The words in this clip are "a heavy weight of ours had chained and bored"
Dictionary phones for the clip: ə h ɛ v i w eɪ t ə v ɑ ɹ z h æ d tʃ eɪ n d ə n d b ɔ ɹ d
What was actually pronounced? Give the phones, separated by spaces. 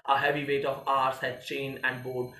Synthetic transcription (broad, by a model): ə h ɛ v i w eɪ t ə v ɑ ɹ s h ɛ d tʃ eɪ n ə n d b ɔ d